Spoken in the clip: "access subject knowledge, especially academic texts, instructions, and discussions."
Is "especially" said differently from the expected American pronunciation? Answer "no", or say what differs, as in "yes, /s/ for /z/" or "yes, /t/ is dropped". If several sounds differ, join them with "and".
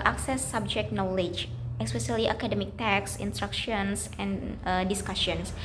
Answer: yes, /s/ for /ʃ/